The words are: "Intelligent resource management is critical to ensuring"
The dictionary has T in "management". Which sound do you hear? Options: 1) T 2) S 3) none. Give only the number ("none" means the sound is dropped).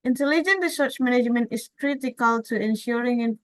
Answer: 1